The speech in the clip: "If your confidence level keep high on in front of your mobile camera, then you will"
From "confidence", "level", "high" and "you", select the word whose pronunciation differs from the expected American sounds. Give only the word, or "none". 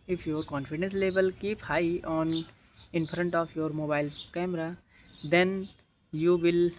level